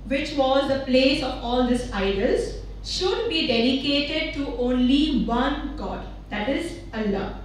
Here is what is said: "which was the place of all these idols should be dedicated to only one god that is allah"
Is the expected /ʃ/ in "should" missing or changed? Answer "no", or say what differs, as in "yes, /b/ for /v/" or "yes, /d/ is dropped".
no